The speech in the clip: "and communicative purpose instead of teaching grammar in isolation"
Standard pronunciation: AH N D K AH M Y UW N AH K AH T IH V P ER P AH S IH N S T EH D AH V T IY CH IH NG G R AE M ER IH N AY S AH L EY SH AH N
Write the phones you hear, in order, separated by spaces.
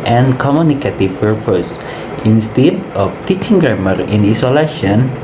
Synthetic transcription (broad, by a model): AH N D K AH M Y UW N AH K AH T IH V P ER P AH S IH N S T EH D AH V T IY CH IH NG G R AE M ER IH N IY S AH L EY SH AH N